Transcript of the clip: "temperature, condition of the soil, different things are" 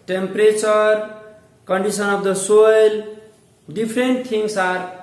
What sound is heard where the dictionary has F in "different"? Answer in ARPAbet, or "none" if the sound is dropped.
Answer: P